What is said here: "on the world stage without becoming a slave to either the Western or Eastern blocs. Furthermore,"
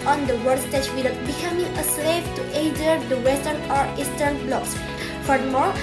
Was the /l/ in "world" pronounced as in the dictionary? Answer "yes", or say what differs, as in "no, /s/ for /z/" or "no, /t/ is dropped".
no, /l/ is dropped